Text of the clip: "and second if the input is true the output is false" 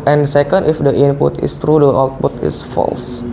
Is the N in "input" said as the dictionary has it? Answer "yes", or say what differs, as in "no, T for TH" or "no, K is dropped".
yes